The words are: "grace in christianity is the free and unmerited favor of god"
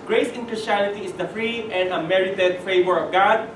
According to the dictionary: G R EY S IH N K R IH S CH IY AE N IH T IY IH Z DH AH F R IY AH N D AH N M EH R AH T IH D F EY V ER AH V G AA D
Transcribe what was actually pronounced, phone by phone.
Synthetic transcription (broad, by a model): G R EY S IH N K R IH S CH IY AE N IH T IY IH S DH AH F R IY AH N D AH M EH R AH T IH D F EY V ER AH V G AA D